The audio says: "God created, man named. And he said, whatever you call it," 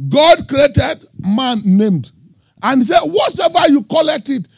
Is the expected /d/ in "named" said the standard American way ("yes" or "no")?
yes